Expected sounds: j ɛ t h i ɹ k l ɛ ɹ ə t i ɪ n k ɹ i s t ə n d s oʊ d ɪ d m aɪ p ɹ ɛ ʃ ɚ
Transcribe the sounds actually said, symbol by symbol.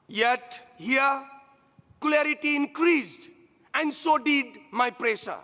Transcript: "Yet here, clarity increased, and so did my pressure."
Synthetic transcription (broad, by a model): j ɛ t h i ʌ k l ɛ ɹ ə t i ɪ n k ɹ i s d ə n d s oʊ d ɪ d m aɪ p ɹ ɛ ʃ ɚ